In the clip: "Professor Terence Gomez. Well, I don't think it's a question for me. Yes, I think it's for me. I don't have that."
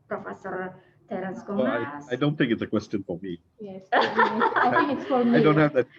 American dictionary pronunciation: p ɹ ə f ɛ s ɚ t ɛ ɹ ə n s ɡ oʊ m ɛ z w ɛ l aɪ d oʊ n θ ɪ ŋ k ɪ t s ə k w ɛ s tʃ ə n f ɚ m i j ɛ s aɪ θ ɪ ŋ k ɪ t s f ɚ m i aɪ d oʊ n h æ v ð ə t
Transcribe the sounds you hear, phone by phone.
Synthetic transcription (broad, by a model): p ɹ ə f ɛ s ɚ t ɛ ɹ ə s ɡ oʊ ɛ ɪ aɪ d oʊ n θ ɪ ŋ k ɪ t s ə k w ɛ s tʃ ə n f ɚ m i j ɛ s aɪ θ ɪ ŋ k ɪ t s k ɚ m aɪ d oʊ n h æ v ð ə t